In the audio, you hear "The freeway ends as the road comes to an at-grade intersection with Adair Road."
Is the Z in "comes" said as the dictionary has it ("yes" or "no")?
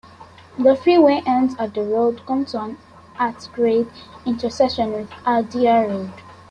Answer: no